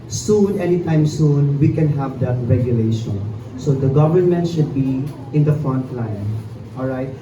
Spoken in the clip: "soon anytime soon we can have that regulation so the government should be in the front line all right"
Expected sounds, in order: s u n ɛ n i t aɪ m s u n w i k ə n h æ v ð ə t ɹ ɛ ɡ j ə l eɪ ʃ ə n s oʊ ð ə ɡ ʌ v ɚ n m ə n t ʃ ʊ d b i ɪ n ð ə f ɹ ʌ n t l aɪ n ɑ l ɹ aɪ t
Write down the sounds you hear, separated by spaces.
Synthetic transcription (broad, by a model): s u n ɛ n i t aɪ m s u n w i k ə n h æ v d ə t ɹ ɛ ɡ j ə l eɪ ʃ ə n s oʊ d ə ɡ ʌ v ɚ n m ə n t ʃ ʊ d b i ɪ n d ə f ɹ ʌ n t l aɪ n ɑ l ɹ aɪ t